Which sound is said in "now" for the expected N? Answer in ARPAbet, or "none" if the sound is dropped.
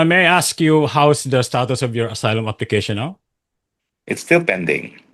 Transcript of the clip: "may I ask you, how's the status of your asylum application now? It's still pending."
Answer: L